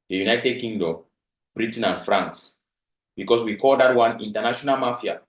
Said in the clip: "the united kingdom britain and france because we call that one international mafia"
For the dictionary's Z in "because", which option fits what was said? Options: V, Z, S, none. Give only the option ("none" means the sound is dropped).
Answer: S